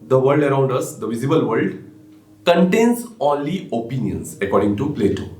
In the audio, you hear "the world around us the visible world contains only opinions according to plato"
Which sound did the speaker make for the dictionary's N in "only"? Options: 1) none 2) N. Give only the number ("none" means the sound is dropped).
1